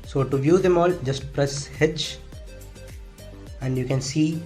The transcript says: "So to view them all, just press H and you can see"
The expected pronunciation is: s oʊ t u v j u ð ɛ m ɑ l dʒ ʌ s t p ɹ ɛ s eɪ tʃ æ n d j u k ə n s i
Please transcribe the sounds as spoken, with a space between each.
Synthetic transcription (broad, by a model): s oʊ t u v j u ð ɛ m ɑ l dʒ ʌ s t p ɹ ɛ s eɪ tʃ æ n d j u k ə n s i